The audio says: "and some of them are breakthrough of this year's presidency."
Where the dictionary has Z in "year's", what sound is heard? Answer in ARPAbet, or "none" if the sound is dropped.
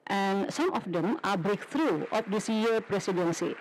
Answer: none